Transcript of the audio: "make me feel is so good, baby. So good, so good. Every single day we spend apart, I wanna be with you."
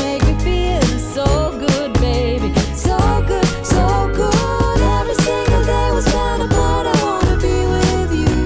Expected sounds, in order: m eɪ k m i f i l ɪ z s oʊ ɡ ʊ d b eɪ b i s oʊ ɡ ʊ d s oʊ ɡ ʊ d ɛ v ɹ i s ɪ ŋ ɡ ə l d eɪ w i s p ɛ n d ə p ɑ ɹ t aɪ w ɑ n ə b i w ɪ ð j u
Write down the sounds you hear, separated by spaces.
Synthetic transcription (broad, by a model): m eɪ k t f i l s oʊ ɡ ʊ d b eɪ b i s oʊ ɡ ʊ d s oʊ ɡ ʊ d ɛ v ɹ i s ɪ ŋ ɡ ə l d eɪ w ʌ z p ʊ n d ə b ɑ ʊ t aɪ w ɑ n ə b i w ɪ ð j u